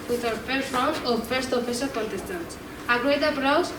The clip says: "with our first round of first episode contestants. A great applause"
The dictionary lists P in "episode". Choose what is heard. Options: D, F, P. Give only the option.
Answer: F